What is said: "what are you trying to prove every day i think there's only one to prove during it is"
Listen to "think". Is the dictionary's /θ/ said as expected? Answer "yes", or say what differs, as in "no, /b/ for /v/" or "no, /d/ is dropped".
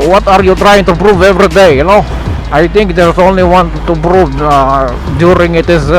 no, /t/ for /θ/